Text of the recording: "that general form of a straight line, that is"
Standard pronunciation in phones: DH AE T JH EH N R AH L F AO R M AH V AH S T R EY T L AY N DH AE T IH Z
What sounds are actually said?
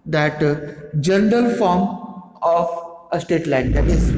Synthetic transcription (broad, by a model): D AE T JH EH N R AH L F AO R M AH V AH S T EY T L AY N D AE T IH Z